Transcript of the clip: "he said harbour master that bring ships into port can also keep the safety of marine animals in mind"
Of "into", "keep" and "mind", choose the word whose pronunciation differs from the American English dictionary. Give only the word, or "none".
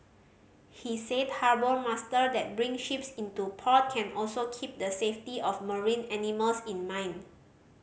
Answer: mind